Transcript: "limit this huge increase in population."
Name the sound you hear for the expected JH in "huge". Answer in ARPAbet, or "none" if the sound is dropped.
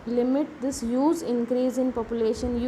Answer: Z